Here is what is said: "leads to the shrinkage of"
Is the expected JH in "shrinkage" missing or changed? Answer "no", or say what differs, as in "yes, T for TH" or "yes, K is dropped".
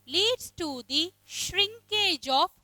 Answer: no